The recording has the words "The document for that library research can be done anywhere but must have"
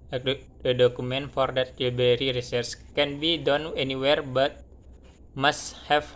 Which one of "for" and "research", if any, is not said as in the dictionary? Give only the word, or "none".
research